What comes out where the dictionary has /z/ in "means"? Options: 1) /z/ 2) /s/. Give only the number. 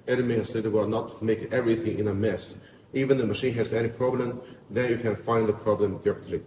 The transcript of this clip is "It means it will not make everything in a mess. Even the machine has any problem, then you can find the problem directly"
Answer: 2